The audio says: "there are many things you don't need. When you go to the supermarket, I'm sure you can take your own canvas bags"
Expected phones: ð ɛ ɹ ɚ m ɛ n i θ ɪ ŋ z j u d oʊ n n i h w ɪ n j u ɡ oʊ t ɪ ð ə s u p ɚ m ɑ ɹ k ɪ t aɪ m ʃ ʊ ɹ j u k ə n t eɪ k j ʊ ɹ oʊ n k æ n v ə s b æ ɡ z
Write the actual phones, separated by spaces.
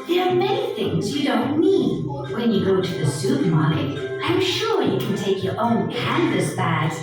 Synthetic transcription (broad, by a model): ð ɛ ɹ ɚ m ɛ n i θ ɪ ŋ z j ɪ d oʊ n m i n w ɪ n j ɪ ɡ oʊ t ɪ ð ə s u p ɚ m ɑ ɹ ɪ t aɪ m ʃ ʊ ɹ j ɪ k n t eɪ k j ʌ ɹ oʊ n k æ n v ə s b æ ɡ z